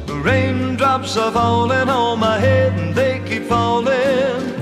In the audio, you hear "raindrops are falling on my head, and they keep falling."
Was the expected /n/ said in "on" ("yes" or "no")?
no